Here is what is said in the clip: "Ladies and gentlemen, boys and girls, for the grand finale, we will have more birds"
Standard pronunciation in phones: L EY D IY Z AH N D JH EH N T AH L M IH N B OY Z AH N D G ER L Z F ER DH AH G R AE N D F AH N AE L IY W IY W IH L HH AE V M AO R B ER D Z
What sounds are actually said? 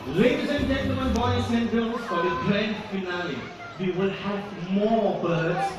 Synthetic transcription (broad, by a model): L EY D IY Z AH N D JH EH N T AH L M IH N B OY S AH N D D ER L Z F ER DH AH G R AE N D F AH N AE L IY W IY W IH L HH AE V M AO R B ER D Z